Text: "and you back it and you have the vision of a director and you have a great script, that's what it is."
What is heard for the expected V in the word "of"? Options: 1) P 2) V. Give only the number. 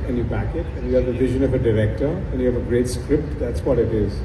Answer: 2